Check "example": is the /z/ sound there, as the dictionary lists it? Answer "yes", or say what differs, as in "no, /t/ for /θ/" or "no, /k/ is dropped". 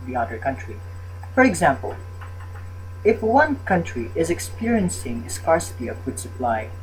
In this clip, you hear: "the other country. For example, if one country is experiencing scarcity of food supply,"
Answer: yes